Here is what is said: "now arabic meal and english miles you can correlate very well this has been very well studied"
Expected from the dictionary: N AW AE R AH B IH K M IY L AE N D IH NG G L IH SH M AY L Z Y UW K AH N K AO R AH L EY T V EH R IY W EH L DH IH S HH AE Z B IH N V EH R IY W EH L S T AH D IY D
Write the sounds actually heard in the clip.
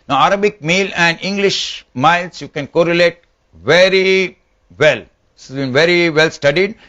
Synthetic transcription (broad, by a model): N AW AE R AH B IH K M IY L AE N D IH NG G L IH SH M AY L S Y UW K AH N K AO R AH L EY T V EH R IY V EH L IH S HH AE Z B IH N V EH R IY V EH L S T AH D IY D